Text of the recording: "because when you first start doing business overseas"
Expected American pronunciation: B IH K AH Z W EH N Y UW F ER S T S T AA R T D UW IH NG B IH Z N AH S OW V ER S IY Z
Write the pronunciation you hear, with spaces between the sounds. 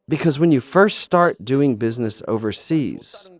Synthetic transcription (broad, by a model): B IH K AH Z W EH N Y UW F ER S T S T AA R T D UW IH NG B IH Z N AH S OW V ER S IY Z